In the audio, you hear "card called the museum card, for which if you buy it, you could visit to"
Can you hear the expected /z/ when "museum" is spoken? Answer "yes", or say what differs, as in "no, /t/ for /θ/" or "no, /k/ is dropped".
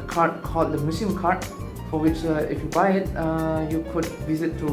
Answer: no, /s/ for /z/